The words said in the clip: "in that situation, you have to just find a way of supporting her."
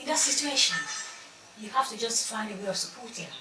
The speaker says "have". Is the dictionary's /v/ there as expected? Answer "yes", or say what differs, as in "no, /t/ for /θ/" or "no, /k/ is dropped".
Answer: no, /f/ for /v/